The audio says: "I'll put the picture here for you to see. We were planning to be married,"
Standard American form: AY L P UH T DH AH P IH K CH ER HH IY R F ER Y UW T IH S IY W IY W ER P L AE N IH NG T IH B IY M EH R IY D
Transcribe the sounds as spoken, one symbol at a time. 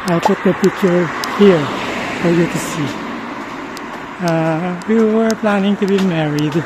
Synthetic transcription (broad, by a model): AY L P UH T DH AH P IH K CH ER HH IY R F ER Y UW T IH S IY W IY W ER P L AE N IH NG T IH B IY M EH R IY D